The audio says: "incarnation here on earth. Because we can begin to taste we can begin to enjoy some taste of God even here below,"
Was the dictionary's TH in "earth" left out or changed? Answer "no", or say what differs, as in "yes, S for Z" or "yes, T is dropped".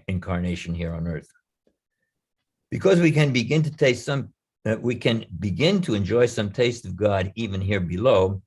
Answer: no